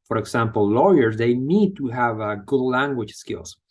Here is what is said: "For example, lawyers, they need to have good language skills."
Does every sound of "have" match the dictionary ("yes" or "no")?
yes